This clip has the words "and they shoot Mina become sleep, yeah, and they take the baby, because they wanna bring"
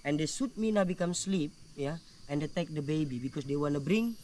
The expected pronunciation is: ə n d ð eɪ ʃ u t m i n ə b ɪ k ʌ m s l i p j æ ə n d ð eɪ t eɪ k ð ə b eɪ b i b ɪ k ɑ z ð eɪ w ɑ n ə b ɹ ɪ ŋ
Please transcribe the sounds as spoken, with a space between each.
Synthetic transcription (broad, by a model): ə n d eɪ s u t m i n ə b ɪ k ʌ m s l i p j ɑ ə n d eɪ t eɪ k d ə b eɪ b i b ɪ k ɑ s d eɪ w ɑ n ə b ɹ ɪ ŋ